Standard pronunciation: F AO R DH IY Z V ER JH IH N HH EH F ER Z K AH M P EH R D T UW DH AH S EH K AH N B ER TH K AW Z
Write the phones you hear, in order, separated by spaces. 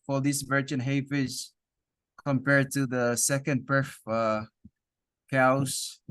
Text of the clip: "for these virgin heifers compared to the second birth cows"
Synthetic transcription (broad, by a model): F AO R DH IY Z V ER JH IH N HH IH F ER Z K AH M P EH R D T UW DH AH S EH K AH N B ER F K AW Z